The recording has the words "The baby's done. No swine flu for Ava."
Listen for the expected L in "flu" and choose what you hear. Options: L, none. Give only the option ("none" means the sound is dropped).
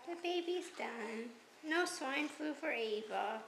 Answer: none